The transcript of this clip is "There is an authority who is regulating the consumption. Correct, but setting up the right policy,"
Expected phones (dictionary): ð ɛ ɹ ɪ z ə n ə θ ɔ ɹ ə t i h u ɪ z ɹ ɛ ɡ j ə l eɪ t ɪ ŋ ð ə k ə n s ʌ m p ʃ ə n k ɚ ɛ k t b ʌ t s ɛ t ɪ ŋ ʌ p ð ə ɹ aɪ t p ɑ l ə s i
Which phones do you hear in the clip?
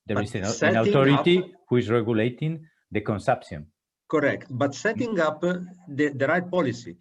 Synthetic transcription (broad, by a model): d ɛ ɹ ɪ s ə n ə t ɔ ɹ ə t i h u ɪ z ɹ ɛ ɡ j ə l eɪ t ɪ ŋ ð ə k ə n s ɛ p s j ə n k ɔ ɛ k t b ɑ t s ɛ t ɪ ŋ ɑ p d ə ɹ aɪ t p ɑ l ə s i